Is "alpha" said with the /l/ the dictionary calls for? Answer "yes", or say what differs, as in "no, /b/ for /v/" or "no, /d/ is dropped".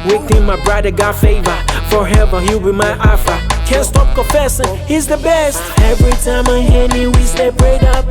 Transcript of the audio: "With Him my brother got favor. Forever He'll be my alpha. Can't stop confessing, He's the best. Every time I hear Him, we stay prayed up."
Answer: no, /l/ is dropped